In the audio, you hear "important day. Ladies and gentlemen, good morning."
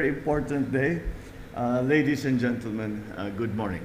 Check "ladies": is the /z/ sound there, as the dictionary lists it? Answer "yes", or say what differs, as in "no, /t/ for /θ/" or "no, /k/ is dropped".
no, /s/ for /z/